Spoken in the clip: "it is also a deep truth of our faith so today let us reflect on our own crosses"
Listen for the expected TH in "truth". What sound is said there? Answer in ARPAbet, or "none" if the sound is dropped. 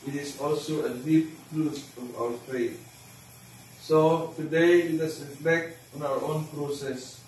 S